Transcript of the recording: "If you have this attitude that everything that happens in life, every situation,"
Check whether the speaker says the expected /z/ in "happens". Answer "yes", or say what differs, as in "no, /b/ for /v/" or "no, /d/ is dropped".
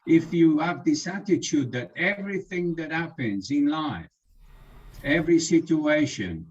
yes